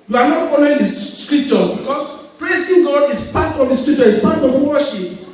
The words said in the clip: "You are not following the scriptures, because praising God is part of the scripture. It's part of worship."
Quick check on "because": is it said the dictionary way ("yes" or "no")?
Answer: no